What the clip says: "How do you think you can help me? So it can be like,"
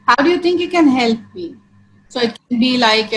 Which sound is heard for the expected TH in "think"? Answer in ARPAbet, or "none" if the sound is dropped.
T